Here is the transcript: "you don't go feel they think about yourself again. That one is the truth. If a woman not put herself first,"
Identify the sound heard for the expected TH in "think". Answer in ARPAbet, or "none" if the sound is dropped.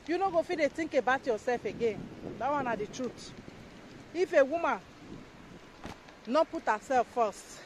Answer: T